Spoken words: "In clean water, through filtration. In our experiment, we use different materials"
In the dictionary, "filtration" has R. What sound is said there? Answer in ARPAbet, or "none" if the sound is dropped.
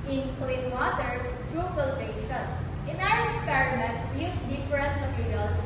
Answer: none